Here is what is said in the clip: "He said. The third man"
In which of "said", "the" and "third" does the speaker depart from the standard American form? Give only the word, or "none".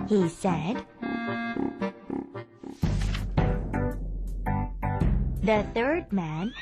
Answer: none